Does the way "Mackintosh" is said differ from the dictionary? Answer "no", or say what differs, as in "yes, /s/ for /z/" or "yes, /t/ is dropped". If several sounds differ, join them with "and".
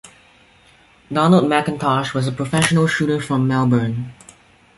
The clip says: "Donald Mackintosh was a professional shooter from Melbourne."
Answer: no